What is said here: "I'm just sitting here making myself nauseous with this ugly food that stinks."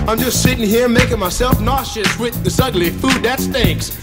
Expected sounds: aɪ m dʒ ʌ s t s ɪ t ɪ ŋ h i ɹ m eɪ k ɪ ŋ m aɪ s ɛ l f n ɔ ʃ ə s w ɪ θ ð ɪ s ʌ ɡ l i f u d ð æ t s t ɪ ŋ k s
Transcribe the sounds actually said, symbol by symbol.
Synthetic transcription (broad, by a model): aɪ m dʒ ʌ s t s ɪ t ɪ ŋ h i ɹ m eɪ k ɪ ŋ m aɪ s ɛ l f n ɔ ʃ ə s w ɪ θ ð ɪ s ʌ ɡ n i f u d ð æ t s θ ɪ ŋ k s